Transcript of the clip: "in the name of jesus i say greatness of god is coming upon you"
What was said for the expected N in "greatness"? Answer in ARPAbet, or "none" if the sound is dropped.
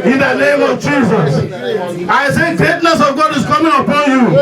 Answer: N